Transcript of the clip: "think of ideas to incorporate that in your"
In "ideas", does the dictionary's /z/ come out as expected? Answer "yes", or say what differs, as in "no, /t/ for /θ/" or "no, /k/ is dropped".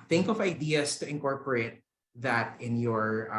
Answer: no, /s/ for /z/